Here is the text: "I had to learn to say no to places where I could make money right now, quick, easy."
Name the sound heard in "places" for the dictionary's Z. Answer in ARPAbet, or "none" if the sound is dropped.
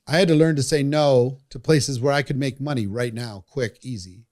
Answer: Z